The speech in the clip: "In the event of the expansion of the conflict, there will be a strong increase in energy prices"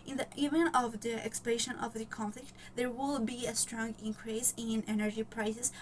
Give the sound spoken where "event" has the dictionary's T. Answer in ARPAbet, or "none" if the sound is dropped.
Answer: none